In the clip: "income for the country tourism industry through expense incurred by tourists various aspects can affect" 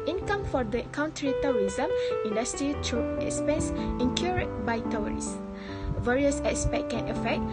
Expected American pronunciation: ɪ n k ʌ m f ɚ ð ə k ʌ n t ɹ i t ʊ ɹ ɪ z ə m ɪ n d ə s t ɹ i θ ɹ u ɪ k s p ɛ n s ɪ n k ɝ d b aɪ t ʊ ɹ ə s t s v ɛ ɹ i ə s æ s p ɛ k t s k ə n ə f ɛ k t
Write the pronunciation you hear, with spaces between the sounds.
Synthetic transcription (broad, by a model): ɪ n k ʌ m f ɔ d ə k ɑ n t ɹ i t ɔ ɹ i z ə m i n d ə s t ɹ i t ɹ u ɪ k s p ɛ n s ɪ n k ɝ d b aɪ t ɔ ɹ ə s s v ɛ ɹ i ə s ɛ s p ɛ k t k ə n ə f ɛ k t